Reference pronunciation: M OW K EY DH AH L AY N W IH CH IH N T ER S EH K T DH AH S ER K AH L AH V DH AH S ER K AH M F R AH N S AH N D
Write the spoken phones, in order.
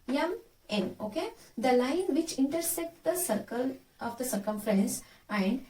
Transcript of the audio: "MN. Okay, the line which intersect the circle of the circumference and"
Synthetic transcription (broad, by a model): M OW K EY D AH L AY N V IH CH IH N T ER S EH K T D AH S ER K AH L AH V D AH S ER K AH M F R AH N S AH N D